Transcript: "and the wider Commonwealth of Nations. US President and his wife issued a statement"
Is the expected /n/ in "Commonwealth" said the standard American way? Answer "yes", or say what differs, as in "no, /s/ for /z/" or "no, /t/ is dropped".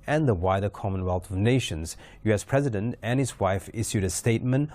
yes